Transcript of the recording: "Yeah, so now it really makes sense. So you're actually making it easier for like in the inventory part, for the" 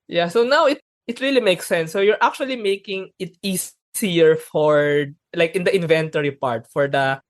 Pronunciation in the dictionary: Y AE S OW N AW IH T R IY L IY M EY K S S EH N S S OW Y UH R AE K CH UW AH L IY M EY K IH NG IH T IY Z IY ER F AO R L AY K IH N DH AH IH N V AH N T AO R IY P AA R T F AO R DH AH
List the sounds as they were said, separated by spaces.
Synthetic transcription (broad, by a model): Y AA S OW N AW IH T R IY L IY M EY K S S EH N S S OW Y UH R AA K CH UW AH L IY M EY K IH NG IH T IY S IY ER F AO R L AY K IH N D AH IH N V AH N T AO R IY P AA R T F AO R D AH